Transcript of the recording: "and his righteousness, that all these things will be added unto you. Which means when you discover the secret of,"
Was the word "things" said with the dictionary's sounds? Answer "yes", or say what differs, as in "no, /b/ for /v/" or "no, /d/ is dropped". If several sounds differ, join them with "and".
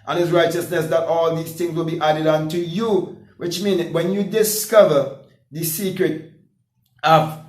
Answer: yes